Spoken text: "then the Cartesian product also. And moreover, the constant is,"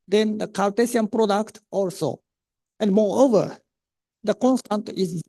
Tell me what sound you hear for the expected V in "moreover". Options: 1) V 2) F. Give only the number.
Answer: 1